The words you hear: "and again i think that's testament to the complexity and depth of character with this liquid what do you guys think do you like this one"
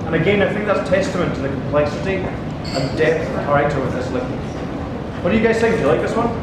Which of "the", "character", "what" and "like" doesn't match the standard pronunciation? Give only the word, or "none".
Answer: character